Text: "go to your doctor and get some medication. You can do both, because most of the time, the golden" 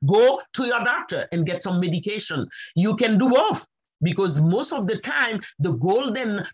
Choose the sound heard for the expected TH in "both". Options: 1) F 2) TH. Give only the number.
1